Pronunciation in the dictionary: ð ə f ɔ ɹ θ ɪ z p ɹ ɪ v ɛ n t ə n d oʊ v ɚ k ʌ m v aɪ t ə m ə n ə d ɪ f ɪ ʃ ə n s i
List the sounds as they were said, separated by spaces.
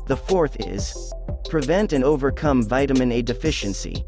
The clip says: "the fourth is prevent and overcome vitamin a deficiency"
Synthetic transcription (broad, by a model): ð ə f ɔ ɹ θ ɪ z p ɹ ɪ v ɛ n t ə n oʊ v ɚ k ʌ m v aɪ t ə m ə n ə d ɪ f ɪ ʃ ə n s i